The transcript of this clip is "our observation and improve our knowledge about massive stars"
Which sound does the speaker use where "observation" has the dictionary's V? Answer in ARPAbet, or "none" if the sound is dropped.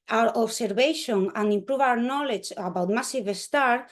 B